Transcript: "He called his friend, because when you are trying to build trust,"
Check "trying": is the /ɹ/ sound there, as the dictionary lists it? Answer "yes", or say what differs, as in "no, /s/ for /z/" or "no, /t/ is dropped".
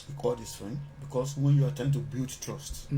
no, /ɹ/ is dropped